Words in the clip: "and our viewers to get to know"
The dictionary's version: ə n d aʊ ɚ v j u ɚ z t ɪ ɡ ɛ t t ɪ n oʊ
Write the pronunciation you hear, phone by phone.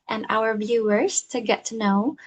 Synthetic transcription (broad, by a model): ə n aʊ ɚ v j u ɚ z t ɪ ɡ ɛ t t ɪ n oʊ